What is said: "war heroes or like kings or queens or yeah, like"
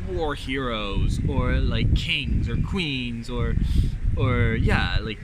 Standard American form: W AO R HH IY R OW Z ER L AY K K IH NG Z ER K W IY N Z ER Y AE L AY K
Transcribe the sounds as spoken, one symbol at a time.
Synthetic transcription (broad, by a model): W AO R HH IY R OW Z ER L AY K K IH NG Z ER K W IY N Z ER Y AE L AY K